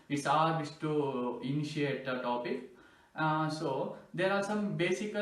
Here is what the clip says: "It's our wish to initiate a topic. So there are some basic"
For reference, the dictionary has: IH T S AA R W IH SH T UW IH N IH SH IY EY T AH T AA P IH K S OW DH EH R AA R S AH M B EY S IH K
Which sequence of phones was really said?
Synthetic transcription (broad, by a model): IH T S AA R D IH S T UW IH N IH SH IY EY T AH T AA P IH K S OW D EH R AA R S AH M B EY S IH K